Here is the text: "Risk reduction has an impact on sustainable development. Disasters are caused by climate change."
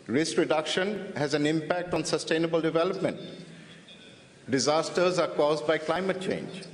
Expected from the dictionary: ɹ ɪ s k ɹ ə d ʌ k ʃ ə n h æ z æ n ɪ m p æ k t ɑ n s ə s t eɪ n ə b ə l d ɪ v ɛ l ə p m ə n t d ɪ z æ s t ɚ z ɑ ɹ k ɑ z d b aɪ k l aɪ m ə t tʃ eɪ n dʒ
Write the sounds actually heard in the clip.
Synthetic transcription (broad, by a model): ɹ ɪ s k ɹ ə d ʌ k ʃ ə n h æ z æ n ɪ m p æ k t ɑ n s ə s t eɪ n ə b ə l d ɪ v ɛ l ə p m ə n t d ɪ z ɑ s t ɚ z ɑ ɹ k ɑ z d b aɪ k l aɪ m ə t tʃ eɪ n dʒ